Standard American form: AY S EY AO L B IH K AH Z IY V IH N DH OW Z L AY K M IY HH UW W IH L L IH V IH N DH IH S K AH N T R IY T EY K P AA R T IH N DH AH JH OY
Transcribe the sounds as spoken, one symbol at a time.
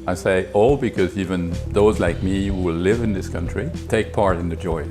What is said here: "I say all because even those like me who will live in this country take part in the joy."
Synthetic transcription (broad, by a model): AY S EY AO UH B IH K AH Z IY V IH N DH OW Z L AY K M IY HH UW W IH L L IH V IH N DH IH S K AH N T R IY T EY K P AA R T IH N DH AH JH OY